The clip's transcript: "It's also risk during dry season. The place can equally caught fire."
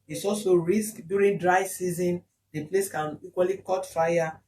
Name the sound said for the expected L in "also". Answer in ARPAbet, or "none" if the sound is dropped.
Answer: L